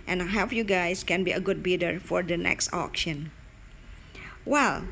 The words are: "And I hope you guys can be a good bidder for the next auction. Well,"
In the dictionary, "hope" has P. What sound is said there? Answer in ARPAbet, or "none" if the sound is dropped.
F